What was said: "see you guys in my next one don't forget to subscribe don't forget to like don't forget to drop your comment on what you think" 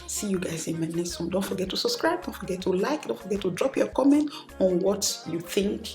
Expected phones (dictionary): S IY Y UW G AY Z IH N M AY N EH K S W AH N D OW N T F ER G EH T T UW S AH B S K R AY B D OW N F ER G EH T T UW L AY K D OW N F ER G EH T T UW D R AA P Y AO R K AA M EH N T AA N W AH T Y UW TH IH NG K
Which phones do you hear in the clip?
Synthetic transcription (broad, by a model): S IY Y UW G AY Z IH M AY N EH S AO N D OW N T F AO G EH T T UW S AH B S K R AY B D OW N F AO G EH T T UW L AY K D OW N F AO G EH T T UW D R AA P Y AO K AA M EH N T AA N W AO T Y UW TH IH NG K